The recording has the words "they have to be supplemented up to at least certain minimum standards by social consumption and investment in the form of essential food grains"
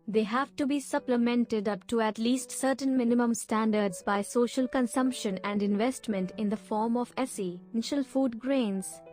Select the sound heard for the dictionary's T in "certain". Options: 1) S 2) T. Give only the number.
2